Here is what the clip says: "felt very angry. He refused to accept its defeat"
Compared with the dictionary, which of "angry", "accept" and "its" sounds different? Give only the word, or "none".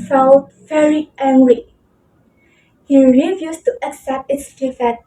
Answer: angry